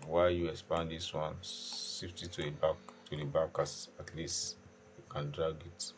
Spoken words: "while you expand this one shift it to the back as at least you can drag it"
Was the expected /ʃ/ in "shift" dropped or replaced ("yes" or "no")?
yes